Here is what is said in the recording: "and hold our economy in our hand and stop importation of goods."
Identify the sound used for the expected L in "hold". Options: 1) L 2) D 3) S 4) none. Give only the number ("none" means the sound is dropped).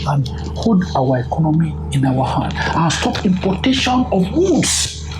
4